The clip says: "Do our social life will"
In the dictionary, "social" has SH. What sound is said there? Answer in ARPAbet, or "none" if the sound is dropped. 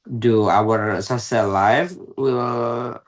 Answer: S